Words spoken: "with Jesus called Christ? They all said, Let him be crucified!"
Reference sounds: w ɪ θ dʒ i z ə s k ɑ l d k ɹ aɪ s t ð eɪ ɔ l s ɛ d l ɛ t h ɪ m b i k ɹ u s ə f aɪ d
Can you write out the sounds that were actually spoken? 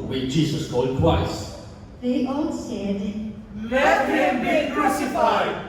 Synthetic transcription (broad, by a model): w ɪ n dʒ i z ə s k ɑ l d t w aɪ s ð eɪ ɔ n s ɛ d l ɛ t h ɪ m b i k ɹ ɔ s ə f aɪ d